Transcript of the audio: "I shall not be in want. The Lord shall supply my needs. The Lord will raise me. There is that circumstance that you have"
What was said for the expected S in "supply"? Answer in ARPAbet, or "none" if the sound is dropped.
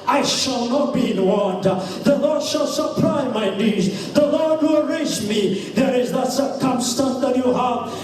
SH